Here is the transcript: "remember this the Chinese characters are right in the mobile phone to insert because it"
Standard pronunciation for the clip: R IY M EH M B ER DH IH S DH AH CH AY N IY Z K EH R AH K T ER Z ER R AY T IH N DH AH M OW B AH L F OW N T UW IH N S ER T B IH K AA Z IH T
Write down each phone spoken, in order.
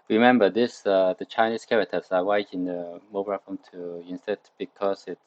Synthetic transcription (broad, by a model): R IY M EH M B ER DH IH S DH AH CH AY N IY S K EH R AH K T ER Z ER W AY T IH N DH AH M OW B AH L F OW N T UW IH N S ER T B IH K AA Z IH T